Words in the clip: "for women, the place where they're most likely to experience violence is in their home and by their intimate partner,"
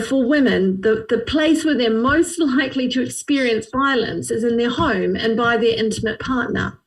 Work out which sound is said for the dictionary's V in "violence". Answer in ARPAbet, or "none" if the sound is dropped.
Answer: V